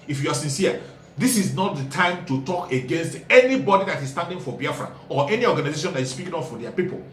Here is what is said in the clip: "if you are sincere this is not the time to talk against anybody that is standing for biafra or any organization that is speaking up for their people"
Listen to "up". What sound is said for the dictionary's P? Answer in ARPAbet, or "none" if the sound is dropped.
F